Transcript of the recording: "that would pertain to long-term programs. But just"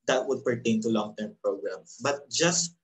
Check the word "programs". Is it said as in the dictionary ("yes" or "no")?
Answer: no